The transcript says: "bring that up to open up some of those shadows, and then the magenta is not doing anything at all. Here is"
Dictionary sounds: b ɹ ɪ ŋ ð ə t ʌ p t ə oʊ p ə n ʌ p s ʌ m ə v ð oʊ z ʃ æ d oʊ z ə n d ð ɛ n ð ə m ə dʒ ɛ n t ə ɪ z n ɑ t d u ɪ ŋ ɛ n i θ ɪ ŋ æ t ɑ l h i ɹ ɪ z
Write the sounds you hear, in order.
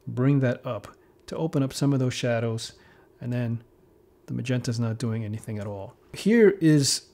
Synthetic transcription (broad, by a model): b ɹ ɪ ŋ ð ə t ʌ p t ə oʊ p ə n ʌ p s ʌ m ə v ð oʊ z ʃ æ d oʊ z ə n ð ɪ n ð ə m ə dʒ ɛ n t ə ɪ z n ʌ t d u ɪ ŋ ɛ n i θ ɪ ŋ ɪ t ɑ l h i ɹ ɪ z